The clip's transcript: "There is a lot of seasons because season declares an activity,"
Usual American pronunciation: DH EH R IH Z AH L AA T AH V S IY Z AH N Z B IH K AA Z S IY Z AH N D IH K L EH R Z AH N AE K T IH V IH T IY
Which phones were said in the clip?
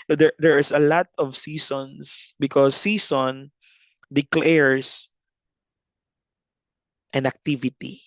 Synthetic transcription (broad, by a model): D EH R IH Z AH L AA T AH V S IY S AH N S B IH K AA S IY S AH N D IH K L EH R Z AH N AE K T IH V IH T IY